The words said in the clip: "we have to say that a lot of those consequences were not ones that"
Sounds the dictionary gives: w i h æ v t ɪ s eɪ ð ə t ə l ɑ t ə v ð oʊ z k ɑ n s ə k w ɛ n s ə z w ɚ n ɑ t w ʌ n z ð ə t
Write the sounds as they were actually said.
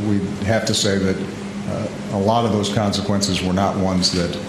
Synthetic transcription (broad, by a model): w i h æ f t ɪ s eɪ ð ə t ə l ɑ t ə v ð oʊ z k ɑ n s ə k w ɛ n s ə z w ɚ n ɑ t w ʌ n z ð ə t